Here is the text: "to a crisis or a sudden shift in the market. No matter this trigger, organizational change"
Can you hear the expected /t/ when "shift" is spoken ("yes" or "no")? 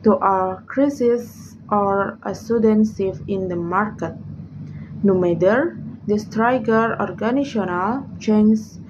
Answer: no